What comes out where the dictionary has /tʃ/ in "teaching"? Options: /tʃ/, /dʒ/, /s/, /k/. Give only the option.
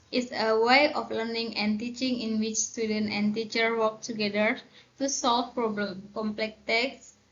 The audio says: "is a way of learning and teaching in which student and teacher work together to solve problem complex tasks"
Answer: /tʃ/